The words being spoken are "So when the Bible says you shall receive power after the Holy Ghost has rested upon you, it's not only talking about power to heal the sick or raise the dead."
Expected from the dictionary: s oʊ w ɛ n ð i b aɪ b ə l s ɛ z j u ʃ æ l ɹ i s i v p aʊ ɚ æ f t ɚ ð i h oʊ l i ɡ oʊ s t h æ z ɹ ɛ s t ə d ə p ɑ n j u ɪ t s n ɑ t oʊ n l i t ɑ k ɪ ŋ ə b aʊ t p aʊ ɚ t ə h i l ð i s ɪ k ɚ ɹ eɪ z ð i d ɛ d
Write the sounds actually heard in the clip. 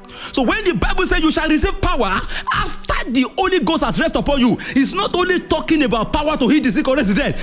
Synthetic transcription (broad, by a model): s oʊ w ɛ n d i b aɪ b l s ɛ j u ʃ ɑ l ɹ i s i v p aʊ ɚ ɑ f t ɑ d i oʊ l i ɡ oʊ s t h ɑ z ɹ ɛ s t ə p ɑ n j u ɪ t s n ɑ t oʊ n l i t ɑ k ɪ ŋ ə b aʊ t p aʊ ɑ t ə h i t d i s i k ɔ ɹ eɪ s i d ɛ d